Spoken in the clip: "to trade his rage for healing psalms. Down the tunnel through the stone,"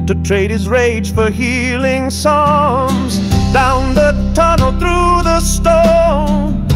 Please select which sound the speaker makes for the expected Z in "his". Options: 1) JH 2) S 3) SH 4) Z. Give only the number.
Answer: 4